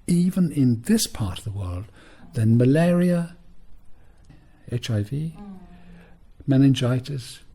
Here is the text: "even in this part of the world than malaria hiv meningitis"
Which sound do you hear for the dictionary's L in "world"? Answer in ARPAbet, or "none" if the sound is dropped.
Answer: L